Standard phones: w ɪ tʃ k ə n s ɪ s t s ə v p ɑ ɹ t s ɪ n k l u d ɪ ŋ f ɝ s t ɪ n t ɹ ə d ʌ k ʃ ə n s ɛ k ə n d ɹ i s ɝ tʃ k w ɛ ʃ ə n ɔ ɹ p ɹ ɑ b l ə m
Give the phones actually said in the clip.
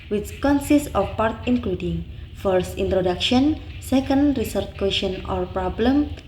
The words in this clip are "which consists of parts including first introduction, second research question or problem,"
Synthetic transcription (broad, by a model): w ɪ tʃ k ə n s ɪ s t ə f p ɑ ɹ t ɪ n k l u d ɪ ŋ f ɝ s t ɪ n t ɹ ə d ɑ k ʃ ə n s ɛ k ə n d ɹ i s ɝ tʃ k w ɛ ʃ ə n ɔ ɹ p ɹ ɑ b l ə m